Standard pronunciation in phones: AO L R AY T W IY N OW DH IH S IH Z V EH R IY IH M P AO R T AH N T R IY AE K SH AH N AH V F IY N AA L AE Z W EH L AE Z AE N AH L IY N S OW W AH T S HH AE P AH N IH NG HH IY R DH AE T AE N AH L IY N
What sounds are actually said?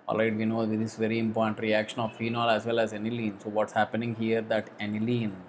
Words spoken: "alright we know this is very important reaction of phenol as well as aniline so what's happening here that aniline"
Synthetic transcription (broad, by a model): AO L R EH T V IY N OW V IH IH S V EH R IY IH M P AO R T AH N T R IY AE K SH AH N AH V F IY N AA L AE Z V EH L AE Z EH N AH L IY N S OW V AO T S HH AE P AH N IH NG HH IY R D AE T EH N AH L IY N